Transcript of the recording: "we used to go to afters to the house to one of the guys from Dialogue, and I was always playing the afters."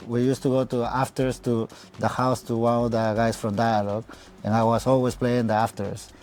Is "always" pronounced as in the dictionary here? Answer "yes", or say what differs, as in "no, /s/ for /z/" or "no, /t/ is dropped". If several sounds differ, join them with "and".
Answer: no, /s/ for /z/